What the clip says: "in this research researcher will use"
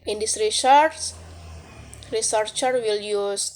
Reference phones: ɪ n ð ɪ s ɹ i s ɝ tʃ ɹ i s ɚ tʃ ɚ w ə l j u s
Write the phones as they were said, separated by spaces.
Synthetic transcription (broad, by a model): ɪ n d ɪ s ɹ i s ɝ s ɹ i s ɚ tʃ ɚ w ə l j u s